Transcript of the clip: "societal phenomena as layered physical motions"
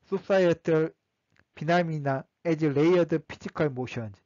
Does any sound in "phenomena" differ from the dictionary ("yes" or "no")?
yes